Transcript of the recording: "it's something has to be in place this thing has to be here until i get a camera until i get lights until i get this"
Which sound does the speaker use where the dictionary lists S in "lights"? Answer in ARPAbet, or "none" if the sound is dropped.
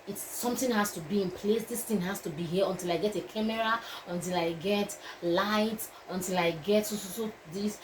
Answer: none